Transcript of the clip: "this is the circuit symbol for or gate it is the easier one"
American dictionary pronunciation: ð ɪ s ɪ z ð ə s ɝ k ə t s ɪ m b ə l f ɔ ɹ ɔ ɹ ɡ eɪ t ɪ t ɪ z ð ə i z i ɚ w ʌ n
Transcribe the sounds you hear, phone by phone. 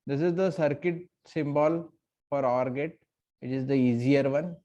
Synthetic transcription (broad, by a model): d ɪ s ɪ z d ə s ɝ k ə t s ɪ m b ə l f ɔ ɹ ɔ ɹ ɡ eɪ t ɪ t ɪ z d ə i z i ɚ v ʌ n